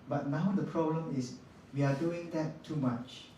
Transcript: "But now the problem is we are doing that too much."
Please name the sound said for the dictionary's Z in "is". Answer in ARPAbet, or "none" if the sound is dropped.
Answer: S